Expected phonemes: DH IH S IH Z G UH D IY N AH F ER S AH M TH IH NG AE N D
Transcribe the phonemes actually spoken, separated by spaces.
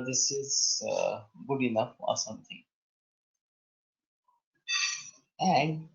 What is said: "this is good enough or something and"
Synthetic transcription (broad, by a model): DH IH S IH Z G UH D IY N AH F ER S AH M T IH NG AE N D